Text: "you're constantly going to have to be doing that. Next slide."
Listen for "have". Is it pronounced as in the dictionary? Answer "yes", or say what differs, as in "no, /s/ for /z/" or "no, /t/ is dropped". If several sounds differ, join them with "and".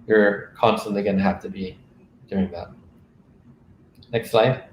no, /f/ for /v/